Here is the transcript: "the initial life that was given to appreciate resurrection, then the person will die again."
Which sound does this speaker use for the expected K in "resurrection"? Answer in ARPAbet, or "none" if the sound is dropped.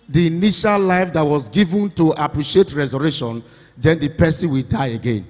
none